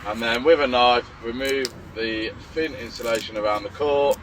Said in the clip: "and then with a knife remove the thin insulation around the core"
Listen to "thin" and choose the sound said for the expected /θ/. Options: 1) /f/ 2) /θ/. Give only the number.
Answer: 1